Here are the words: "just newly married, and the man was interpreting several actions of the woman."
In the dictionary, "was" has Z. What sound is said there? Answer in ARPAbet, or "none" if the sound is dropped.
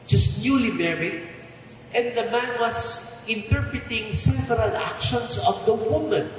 S